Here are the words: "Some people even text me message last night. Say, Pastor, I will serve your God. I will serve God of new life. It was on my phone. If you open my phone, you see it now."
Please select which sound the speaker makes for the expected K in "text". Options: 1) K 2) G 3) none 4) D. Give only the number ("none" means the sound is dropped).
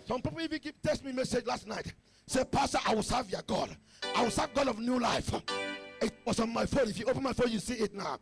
3